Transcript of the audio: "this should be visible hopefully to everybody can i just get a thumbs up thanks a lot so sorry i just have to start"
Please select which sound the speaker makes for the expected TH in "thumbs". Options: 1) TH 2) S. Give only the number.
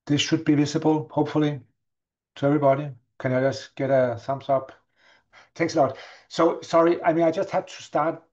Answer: 2